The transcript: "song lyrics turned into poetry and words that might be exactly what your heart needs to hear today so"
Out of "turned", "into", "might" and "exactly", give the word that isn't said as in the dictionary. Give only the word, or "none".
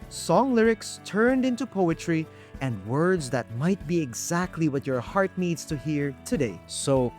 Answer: none